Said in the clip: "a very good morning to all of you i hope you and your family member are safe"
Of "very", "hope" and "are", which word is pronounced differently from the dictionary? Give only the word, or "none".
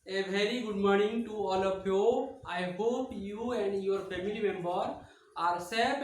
none